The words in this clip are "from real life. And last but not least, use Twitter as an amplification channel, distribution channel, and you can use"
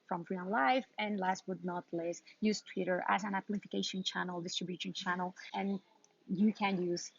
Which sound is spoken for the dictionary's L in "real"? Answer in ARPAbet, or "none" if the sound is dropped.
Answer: N